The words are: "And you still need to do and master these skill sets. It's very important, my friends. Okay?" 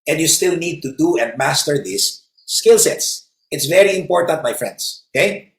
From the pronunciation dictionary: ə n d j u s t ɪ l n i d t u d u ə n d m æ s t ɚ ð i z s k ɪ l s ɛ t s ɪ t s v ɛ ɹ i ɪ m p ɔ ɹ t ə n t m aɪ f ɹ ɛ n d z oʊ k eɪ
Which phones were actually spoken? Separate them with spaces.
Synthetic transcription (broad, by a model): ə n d j u s t ɪ l n i d t u d u ə n d m æ s t ɚ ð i s k ɪ l s ɛ t s ɪ t s v ɛ ɹ i ɪ m p ɔ ɹ t ə n t m aɪ f ɹ ɛ n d s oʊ k eɪ